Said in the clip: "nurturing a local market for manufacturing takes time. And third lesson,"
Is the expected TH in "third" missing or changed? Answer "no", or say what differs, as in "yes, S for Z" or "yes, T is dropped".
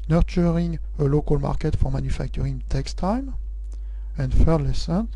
yes, F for TH